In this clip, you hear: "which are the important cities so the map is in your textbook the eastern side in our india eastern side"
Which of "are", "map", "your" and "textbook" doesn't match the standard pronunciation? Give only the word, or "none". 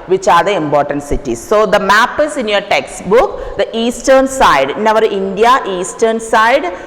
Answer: none